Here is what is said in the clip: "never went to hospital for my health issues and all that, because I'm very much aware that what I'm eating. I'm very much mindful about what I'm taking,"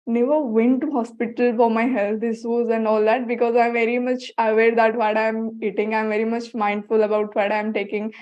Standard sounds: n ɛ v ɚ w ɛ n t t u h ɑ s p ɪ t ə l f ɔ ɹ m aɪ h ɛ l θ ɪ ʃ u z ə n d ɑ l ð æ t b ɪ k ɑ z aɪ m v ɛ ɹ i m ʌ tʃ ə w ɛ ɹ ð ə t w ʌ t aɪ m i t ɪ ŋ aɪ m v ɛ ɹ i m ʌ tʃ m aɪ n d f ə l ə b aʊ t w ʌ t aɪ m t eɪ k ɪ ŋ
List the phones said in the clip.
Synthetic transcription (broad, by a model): n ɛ v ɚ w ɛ n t t u h ɑ s p ɪ t ə l f ɔ ɹ m aɪ h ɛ l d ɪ s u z ə n d ɑ l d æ t b ɪ k ɑ z aɪ m v ɛ ɹ i m ʌ tʃ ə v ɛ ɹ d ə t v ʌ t aɪ m i t ɪ ŋ aɪ m v ɛ ɹ i m ʌ tʃ m aɪ n d f ə l ə b aʊ t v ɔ t aɪ m t eɪ k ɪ ŋ